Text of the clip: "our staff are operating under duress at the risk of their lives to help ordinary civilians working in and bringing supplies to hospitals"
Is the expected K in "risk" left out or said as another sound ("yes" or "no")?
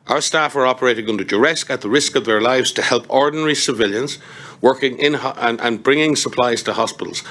no